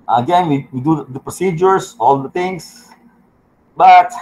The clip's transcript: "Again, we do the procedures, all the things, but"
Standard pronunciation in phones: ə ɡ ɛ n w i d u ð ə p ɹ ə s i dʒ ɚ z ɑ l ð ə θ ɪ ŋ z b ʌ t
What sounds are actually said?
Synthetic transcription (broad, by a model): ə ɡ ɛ n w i d u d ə p ɹ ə s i dʒ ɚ s ɑ l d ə t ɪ ŋ s b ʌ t